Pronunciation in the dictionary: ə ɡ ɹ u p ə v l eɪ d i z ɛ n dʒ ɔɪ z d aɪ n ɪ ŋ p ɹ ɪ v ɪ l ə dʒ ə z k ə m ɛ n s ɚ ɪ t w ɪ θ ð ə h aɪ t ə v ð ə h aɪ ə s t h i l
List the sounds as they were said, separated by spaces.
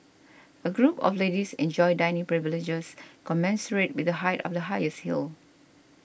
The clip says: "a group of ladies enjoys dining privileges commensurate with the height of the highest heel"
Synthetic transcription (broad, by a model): ə ɡ ɹ u p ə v l eɪ d i s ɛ n dʒ ɔɪ d aɪ n ɪ ŋ p ɹ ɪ v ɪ l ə dʒ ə s k ə m ɛ n s ɚ ɪ t w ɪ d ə h aɪ t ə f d ə h aɪ ə s t h i l